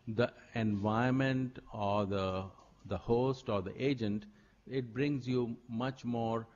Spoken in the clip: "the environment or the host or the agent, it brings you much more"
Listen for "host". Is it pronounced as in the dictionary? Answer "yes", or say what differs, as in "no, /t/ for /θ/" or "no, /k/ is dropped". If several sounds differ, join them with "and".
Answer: yes